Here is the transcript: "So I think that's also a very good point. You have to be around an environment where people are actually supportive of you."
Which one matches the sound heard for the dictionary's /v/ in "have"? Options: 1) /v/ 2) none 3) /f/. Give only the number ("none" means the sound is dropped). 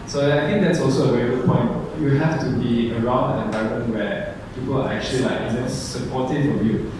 3